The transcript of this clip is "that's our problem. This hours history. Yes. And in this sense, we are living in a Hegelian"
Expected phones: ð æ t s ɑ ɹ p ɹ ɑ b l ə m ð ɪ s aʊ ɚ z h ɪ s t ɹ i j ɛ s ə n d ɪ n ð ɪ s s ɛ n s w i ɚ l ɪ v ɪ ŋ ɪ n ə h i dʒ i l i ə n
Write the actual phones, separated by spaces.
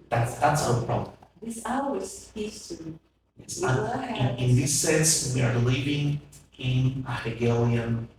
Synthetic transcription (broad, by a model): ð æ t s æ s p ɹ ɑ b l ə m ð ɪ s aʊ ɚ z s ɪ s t i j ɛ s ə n ɪ n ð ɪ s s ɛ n s w i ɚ l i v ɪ ŋ ɪ n ə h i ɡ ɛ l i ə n